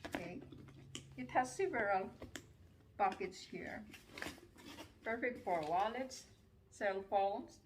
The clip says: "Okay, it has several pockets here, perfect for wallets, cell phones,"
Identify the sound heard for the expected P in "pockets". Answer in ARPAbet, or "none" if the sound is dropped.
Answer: B